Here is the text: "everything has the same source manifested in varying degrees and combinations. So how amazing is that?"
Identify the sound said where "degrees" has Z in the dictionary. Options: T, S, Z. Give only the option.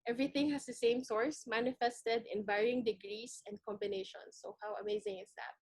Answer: S